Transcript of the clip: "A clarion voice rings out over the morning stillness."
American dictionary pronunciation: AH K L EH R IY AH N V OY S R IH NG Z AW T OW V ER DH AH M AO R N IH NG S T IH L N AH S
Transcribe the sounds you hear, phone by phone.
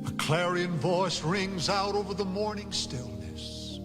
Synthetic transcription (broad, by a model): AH K L EH R IY AH N V OY S R IH NG Z AW T OW V ER DH AH M AO R N IH NG S T IH L N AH S